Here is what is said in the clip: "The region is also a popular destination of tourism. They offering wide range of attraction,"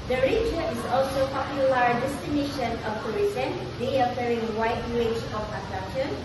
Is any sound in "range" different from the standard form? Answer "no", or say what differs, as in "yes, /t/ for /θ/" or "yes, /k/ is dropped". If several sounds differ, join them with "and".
yes, /n/ is dropped